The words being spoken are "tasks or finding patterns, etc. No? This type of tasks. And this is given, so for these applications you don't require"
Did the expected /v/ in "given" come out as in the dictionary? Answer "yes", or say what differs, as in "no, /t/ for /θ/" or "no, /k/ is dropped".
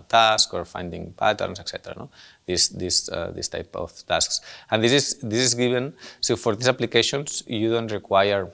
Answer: no, /b/ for /v/